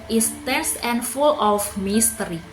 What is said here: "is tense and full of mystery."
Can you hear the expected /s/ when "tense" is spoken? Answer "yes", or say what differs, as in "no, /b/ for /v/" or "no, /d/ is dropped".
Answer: yes